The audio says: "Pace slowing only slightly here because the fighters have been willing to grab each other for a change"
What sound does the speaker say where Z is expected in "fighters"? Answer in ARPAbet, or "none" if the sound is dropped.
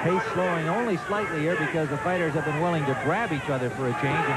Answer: Z